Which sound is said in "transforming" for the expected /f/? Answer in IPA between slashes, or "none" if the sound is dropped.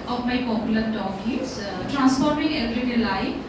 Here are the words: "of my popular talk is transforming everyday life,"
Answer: /p/